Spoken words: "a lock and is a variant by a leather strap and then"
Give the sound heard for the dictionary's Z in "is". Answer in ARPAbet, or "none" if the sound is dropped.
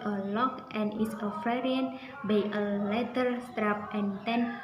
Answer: S